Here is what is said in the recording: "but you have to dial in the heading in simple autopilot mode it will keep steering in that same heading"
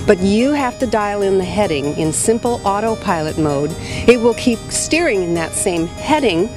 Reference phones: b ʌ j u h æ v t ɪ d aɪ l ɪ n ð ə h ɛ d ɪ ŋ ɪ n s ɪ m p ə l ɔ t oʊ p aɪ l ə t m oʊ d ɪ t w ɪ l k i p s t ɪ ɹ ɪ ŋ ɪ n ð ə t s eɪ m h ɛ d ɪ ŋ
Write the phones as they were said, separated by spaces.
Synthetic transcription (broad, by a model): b ʌ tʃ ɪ h æ f t ɪ d aɪ l ɪ n ð ə h ɛ d ɪ ŋ ɪ n s ɪ m p l ɔ t oʊ p aɪ l ə t m oʊ d ɪ t w ɪ l k i p s t ɪ ɹ ɪ ŋ ɪ n ð ə t s eɪ m h ɛ d ɪ ŋ